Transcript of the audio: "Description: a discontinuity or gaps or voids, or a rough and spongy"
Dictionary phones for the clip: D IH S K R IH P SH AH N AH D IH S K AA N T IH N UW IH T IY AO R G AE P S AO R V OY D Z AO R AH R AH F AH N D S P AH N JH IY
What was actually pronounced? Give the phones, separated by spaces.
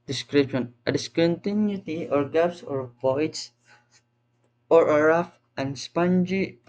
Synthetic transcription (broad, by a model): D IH S K R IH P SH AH N AH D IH S K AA N T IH N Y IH T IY AO R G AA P S AO R P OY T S AO R AH R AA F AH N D S P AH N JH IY